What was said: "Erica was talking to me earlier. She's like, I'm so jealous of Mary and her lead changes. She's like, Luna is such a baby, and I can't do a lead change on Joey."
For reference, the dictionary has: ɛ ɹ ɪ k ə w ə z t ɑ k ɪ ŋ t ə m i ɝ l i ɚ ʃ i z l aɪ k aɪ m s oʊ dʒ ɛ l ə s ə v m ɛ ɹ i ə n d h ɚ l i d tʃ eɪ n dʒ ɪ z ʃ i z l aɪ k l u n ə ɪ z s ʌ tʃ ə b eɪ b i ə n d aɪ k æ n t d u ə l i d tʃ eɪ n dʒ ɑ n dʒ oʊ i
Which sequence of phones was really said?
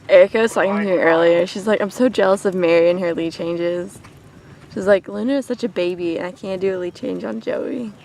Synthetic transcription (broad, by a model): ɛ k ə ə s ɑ ɪ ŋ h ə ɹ ɝ l i ɚ ʃ i z l aɪ k aɪ m s oʊ dʒ ɛ l ə s ə v m ɛ ɹ i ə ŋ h ɚ l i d tʃ eɪ n dʒ ɪ z ʃ i z l aɪ k l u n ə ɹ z s ʌ tʃ ə b eɪ b i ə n aɪ k æ n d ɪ ə l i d tʃ eɪ n dʒ n dʒ oʊ i